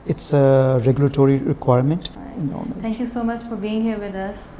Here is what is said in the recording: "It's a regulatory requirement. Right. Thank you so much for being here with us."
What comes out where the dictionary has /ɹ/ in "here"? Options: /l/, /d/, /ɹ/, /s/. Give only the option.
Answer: /ɹ/